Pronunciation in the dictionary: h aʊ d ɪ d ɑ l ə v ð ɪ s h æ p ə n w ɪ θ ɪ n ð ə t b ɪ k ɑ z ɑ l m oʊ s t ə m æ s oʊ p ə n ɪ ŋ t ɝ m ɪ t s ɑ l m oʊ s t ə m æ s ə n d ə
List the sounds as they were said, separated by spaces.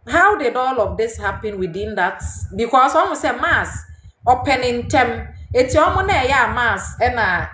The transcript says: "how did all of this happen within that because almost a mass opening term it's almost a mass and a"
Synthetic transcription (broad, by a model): h aʊ d ɪ d ɑ l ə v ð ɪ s h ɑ p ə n w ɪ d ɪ n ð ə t b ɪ k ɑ s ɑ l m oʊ s ə m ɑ s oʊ p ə n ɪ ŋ t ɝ m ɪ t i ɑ m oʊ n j ə m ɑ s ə n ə